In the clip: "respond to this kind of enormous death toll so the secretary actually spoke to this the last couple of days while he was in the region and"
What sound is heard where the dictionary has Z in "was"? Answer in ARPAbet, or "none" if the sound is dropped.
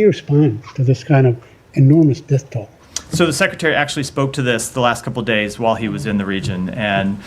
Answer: Z